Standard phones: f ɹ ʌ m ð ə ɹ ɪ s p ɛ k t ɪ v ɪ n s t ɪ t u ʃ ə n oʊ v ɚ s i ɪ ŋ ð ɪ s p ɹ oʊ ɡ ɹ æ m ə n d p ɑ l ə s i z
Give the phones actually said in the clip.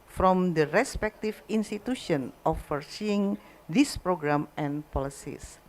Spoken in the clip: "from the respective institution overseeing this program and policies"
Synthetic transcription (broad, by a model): f ɹ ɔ m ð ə ɹ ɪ s p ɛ k t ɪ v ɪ n s t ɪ t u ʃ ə n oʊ f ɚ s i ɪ ŋ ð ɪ s p ɹ oʊ ɡ ɹ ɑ m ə n p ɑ l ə s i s